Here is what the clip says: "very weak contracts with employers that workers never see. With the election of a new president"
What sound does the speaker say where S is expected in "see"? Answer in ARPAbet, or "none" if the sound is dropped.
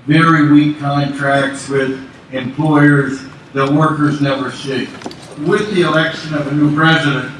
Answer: SH